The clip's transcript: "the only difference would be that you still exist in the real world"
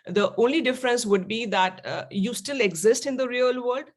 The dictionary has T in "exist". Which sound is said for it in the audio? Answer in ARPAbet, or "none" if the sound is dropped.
T